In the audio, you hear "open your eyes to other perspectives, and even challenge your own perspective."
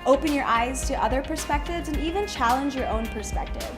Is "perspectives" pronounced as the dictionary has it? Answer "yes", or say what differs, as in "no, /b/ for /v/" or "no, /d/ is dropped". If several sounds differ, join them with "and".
yes